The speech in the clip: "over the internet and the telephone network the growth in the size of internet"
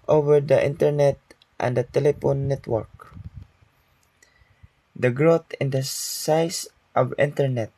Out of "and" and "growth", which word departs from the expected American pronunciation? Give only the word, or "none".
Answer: growth